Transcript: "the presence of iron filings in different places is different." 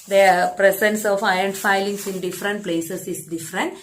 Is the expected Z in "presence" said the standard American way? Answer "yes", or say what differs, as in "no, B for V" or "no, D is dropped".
no, S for Z